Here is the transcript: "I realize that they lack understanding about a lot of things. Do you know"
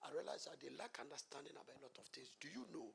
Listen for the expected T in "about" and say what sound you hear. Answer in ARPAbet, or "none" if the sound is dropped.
none